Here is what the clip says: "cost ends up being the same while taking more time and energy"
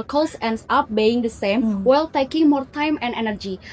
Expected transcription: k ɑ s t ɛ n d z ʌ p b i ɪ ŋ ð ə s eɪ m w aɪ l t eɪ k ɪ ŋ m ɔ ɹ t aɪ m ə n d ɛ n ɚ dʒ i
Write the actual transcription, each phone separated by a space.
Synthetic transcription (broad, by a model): k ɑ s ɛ n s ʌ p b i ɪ ŋ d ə s eɪ m w aɪ l t eɪ k ɪ ŋ m ɔ ɹ t aɪ m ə n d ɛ n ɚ dʒ i